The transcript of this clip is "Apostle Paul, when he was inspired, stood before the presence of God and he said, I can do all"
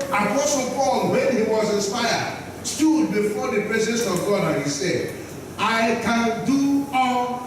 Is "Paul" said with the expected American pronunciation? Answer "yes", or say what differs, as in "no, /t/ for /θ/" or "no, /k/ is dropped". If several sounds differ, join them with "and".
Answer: yes